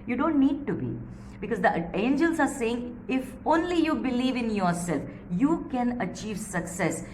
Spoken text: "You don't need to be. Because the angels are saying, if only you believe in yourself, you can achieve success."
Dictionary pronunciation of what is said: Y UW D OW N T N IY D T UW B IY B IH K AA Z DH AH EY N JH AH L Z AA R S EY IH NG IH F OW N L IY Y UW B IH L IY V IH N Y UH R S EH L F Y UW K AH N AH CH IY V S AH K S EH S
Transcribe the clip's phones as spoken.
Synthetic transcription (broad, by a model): Y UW D OW N T N IY D T UW B IY B IH K AA Z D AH EY N JH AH L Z AA R S EY IH NG IH F OW N L IY Y UW B IH L IY V IH N Y UH R S EH L F Y UW K AH N AH CH IY V S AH K S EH S